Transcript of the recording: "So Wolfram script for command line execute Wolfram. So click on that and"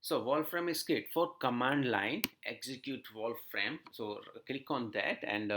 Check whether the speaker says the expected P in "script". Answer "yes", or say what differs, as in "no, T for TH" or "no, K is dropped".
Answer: no, P is dropped